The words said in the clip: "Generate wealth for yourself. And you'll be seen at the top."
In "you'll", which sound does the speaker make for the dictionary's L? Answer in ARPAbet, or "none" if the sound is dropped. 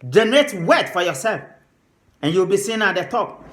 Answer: W